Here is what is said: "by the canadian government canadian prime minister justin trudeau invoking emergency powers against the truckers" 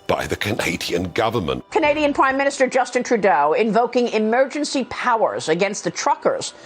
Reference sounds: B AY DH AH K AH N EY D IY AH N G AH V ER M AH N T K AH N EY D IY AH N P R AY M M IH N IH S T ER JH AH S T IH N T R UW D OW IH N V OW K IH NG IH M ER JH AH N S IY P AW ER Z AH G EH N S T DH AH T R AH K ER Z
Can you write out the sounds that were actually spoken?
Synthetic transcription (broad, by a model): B AY DH AH K AH N EY D IY AH N G AH V ER M AH N T K AH N EY D IY AH N P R AY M M IH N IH S T ER JH AH S T IH N T R UW D OW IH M V OW K IH NG IH M ER JH AH N S IY P AW ER Z AH G EH N S T DH AH T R AH K ER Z